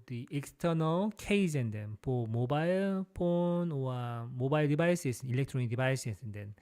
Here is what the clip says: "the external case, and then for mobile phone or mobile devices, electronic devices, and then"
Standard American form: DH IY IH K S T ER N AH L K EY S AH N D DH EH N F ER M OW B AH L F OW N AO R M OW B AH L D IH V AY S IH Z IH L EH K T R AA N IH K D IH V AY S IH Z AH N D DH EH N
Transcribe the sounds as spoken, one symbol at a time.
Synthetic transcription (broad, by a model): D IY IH K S T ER N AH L K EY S AH N D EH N P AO M OW B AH L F OW N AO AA M OW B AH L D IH B AY S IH S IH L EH K T R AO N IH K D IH B AY S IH S AH N D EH N